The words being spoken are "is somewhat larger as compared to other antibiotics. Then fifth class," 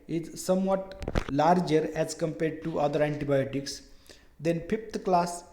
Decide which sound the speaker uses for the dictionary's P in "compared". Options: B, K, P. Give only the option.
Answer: P